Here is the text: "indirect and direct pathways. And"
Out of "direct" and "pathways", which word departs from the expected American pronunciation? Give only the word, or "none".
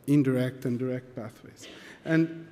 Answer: pathways